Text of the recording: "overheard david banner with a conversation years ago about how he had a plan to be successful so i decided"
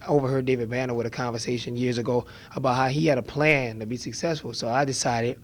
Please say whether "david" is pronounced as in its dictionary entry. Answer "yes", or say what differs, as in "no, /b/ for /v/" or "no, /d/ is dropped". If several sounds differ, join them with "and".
yes